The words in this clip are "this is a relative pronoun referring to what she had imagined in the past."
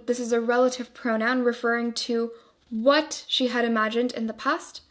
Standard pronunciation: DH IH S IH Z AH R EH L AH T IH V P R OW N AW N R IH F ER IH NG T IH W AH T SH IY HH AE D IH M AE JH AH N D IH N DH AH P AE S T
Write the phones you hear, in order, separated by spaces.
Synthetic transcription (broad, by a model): DH IH S IH Z AH R EH L AH T IH V P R OW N AW N R IH F ER IH NG T IH W AH T SH IY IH D IH M AE JH AH N D IH N DH AH P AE S T